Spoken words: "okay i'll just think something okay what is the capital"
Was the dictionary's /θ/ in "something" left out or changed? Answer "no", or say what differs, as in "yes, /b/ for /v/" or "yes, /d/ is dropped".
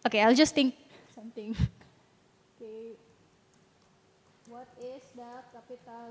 yes, /t/ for /θ/